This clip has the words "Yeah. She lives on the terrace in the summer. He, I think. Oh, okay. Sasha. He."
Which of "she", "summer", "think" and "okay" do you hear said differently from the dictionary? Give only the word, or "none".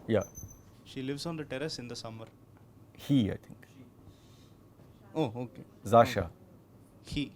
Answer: think